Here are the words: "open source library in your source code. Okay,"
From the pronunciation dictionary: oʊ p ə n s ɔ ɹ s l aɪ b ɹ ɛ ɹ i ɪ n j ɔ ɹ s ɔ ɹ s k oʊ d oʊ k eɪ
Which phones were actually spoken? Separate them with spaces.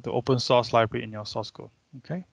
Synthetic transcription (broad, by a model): oʊ p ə n s ɔ s l aɪ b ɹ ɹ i ɪ n j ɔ s ɔ s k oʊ oʊ k eɪ